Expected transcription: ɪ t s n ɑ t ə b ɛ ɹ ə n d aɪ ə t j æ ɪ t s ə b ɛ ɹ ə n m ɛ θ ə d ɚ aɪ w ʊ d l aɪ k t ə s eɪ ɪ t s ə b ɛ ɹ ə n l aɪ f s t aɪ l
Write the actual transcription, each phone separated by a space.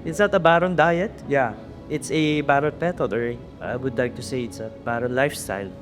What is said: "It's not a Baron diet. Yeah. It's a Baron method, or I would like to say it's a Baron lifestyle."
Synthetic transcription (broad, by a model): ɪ t s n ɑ t ə b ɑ ɹ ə n d aɪ ə t j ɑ ɪ t s ə b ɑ ɹ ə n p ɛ t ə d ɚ aɪ w ʊ d l aɪ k t ə s eɪ ɪ t s ə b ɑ ɹ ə n l aɪ f s t aɪ l